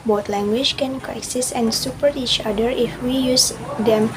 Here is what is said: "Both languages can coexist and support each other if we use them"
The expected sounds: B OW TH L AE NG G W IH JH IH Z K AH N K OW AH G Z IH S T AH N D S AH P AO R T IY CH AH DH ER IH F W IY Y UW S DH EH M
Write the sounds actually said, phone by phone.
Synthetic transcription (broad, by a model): B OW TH L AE NG G W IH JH K AH N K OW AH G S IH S AH N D S AH P AO R T IY CH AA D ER IH F W IY Y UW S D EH M